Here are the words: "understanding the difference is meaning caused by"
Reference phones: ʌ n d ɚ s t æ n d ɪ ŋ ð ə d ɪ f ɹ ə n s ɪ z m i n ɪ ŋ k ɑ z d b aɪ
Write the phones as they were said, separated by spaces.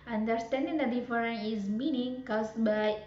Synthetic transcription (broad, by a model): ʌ n d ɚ s t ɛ n d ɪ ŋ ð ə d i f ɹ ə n ɪ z m i n ɪ ŋ k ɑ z b aɪ